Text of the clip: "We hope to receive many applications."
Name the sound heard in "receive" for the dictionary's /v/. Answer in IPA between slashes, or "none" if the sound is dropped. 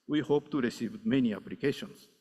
/v/